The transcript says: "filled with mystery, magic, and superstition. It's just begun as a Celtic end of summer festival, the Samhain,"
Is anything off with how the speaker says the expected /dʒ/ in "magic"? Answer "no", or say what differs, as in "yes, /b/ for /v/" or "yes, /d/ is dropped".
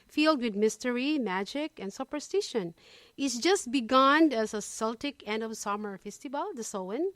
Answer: no